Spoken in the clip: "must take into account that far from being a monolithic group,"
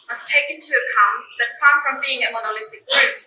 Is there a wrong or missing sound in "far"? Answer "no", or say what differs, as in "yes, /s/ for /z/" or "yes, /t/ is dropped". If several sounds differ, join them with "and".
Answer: yes, /p/ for /f/